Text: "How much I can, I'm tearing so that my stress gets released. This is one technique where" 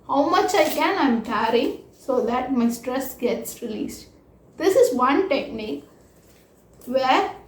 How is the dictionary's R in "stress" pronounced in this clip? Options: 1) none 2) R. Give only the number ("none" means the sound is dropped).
2